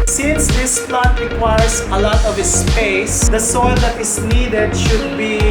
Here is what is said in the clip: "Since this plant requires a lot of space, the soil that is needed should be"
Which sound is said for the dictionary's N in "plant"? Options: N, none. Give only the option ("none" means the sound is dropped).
none